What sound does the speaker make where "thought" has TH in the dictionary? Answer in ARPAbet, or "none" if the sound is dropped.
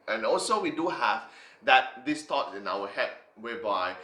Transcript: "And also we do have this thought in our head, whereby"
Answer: T